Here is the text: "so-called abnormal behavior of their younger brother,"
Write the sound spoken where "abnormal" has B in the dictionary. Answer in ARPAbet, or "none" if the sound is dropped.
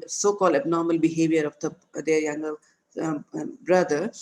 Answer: B